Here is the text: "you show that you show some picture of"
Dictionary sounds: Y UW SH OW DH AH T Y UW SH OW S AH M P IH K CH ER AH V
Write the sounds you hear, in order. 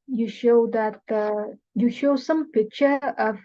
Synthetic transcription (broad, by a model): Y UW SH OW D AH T Y UW SH OW S AH M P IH CH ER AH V